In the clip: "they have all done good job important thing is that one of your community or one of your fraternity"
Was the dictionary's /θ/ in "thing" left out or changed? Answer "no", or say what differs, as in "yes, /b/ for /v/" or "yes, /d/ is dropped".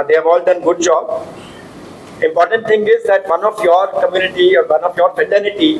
yes, /t/ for /θ/